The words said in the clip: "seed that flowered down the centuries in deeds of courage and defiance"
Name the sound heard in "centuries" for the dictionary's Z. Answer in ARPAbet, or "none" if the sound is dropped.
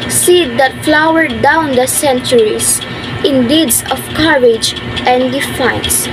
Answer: S